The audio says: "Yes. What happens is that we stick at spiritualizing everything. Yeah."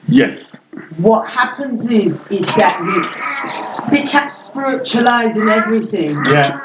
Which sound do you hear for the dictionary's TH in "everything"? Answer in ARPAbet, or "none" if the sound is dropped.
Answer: TH